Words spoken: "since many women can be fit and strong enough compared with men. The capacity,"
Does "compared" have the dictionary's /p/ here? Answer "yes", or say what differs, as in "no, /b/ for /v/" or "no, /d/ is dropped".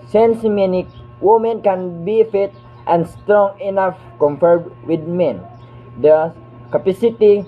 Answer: no, /f/ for /p/